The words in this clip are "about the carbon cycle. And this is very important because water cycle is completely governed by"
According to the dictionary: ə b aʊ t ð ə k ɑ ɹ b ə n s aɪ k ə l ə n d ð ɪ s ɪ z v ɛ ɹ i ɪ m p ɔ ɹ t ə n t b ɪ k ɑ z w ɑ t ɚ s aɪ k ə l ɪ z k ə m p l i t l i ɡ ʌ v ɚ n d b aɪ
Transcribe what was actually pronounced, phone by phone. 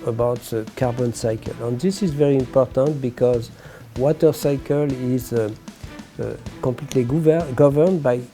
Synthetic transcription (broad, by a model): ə b aʊ t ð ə k ɑ ɹ b ə n s aɪ k ə l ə n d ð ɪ s ɪ z v ɛ ɹ i ɪ m p ɔ ɹ t ə n t b ɪ k ɑ z w ɑ t ɚ s aɪ k ə l ɪ z k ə m p l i t l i ɡ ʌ v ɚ n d b aɪ